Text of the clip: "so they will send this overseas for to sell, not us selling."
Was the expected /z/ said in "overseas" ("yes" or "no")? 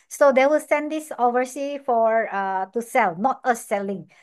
no